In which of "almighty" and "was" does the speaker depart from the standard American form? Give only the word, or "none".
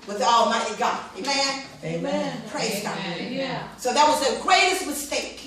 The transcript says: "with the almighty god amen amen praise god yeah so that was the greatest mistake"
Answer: almighty